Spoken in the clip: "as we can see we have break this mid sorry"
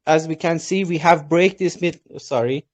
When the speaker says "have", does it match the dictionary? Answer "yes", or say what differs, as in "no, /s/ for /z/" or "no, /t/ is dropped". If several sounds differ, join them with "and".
yes